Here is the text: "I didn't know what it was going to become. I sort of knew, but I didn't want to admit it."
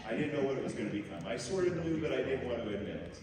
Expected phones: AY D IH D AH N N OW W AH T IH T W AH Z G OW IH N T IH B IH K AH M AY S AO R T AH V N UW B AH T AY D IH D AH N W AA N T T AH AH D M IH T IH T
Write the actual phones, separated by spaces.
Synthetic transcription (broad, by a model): AY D IH D N N OW W AH T IH T W AH Z G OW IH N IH B IH K AH M AY S AO R T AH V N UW B AH T AY D IH D N W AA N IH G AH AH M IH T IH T